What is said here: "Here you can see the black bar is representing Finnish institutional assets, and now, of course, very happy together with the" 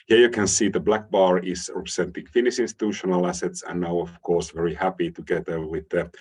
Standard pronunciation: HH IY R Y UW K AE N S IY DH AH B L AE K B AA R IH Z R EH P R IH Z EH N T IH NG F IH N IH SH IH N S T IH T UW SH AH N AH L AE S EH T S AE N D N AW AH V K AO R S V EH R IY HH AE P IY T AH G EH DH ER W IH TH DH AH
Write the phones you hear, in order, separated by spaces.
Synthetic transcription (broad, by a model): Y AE Y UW K AE N S IY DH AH B L AE K B AA R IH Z R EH P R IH S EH N T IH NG F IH N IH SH IH N S T IH T UW SH AH N AH L AE S EH T S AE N N AW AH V K AO R S V EH R IY HH AE P IY T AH G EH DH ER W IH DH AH